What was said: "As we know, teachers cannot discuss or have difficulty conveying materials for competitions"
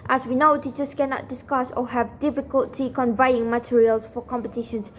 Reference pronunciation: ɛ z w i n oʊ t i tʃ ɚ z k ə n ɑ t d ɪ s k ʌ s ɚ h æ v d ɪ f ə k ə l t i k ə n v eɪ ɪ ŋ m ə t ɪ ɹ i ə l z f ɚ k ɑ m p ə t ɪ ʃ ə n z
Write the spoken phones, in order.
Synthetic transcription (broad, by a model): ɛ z w i n oʊ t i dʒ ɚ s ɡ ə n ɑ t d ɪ s k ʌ s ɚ h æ v d ɪ f ə k ə l t i k ə n v eɪ ɪ ŋ m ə t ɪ ɹ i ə l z f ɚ k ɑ m p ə t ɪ ʃ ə n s